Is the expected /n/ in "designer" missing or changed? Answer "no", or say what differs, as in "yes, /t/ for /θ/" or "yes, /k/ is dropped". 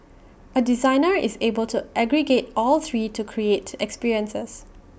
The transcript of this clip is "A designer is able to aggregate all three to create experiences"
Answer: no